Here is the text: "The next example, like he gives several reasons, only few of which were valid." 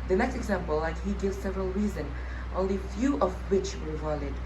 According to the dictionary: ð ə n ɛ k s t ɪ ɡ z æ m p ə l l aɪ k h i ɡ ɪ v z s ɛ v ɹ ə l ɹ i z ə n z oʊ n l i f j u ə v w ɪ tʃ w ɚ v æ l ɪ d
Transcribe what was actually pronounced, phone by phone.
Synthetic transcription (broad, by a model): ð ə n ɛ k s t ɪ ɡ z æ m p ə l l aɪ k h i ɡ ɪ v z s ɛ v ɹ ə l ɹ i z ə n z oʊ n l i f j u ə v w ɪ tʃ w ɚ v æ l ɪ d